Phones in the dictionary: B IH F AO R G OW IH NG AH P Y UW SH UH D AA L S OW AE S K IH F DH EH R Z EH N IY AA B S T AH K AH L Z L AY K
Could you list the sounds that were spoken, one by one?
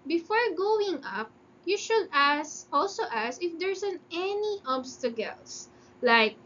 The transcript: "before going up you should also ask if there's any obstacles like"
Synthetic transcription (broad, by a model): B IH F AO R G OW IH NG AH P Y UW SH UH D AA L S OW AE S IH F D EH R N EH N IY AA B S T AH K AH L S L AY K